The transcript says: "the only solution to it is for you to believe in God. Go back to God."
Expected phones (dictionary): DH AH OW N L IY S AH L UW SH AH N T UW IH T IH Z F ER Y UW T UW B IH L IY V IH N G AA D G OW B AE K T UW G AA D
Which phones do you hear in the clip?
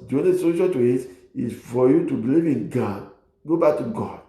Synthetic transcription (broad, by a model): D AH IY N IY S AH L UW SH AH T UW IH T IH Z F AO Y UW T UW B IH L IY V IH N G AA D G OW B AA K T UW G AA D